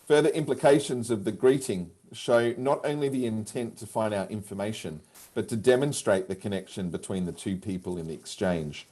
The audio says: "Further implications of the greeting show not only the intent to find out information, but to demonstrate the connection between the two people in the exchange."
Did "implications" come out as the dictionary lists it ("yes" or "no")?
yes